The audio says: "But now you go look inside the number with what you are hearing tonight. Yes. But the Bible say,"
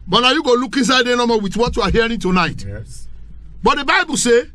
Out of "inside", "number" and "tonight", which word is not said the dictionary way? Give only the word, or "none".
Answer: number